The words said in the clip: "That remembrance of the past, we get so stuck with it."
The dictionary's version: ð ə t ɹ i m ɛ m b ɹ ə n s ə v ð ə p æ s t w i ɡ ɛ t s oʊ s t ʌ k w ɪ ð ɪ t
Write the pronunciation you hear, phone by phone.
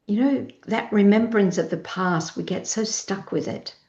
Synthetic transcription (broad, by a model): ð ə t ɹ i m ɛ m b ɹ ə n s ə v ð ə p æ s t w i ɡ ɛ t s oʊ s t ʌ k w ɪ ð ɪ t